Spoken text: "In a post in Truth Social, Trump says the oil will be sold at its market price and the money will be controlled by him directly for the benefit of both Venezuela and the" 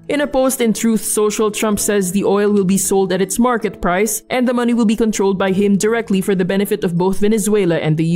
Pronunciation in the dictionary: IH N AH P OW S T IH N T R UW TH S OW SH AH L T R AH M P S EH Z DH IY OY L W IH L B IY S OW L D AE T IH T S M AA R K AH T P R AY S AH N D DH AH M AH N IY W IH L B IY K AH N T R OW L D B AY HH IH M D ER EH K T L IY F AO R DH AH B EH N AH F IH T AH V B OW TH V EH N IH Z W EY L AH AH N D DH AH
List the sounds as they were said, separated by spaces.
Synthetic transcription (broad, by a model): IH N AH P OW S T IH N T R UW TH S OW SH AH L T R AH M P S EH Z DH IY OY L W IH L B IY S OW L D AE T IH T S M AA R K AH T P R AY S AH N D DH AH M AH N IY W IH L B IY K AH N T R OW L D B AY HH IH M D ER EH K T L IY F AO R DH AH B EH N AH F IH T AH V B OW TH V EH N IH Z W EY L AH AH N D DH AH